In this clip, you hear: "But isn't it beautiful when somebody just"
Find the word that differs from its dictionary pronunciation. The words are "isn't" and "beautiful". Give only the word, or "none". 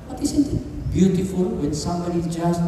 isn't